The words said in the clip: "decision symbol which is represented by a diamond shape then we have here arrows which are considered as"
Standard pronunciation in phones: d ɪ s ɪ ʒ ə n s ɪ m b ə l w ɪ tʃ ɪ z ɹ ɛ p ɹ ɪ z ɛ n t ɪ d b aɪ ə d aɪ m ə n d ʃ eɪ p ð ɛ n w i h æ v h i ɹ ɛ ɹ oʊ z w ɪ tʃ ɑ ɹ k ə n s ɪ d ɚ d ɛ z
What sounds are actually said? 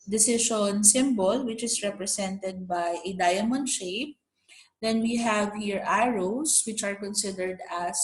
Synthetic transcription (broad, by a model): d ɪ s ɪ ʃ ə n s ɪ m b ə l w ɪ tʃ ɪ s ɹ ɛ p ɹ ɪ s ɛ n t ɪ d b aɪ ə d aɪ m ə n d ʃ eɪ p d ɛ n w i h æ v h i ɹ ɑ ɹ oʊ s w ɪ tʃ ɑ ɹ k ə n s ɪ d ɚ d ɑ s